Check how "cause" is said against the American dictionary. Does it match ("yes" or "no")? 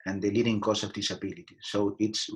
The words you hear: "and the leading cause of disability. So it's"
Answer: no